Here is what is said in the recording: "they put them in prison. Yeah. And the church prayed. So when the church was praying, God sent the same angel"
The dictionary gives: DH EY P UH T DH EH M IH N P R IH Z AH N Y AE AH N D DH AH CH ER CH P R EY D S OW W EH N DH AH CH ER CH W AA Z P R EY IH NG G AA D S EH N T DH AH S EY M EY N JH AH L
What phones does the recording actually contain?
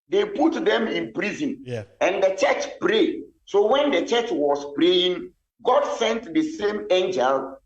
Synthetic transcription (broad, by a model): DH EY P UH T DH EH M IH N P R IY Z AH N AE AH N D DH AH CH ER CH P R EY D S OW W EH N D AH CH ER CH W AA S P R EY IH NG G AA D S EH N T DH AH S EY M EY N JH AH L